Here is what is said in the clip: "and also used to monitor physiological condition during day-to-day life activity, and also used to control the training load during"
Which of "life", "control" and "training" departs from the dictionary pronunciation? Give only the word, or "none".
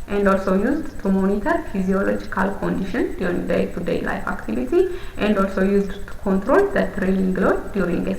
training